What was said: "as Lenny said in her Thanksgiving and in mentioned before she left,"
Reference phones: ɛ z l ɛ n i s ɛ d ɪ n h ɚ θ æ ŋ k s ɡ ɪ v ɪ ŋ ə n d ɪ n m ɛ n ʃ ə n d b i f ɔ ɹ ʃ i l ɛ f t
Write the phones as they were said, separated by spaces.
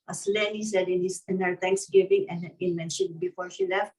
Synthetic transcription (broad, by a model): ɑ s l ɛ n i s ɛ d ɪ n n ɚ t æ ŋ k s ɡ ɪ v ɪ ŋ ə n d ɪ n m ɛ n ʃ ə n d b i f ɔ ɹ ʃ i l ɛ f t